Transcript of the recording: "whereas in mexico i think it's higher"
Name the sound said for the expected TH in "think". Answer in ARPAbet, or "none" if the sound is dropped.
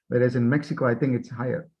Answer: TH